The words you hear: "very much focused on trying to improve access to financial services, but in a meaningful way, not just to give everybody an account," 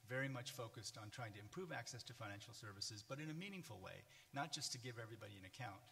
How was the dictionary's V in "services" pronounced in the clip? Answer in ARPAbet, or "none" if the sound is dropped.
V